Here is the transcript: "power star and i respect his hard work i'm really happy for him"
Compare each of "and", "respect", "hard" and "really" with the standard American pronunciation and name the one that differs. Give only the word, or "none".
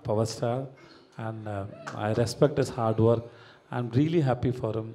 none